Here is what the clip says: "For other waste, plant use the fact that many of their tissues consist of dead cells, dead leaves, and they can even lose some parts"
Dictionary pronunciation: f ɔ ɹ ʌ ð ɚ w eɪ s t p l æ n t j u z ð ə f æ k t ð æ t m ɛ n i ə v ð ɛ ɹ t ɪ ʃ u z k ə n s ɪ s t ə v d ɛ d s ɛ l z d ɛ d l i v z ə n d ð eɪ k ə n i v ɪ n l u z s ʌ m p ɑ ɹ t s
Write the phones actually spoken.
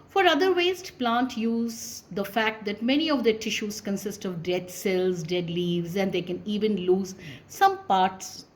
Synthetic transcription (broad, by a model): f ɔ ɹ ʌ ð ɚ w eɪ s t p l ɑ n t j u z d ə f æ k t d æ t m ɛ n i ə v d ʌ t ɪ ʃ u z k ə n s ɪ s t ə v d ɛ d s ɛ l z d ɛ d l i v z ə n d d eɪ k ə n i v ɪ n l u z s ʌ m p ɑ ɹ t s